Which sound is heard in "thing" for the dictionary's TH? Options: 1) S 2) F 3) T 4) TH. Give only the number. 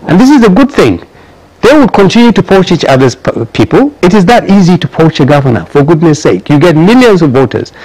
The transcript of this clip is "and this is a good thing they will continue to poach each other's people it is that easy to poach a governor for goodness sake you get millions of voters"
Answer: 4